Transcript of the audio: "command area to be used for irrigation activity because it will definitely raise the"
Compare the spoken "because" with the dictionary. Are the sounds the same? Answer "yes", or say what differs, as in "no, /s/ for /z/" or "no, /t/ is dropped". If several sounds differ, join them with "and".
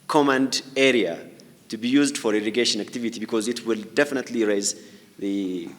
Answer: yes